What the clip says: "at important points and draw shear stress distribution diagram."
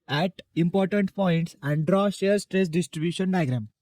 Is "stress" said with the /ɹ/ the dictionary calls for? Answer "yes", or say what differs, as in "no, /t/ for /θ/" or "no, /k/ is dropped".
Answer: yes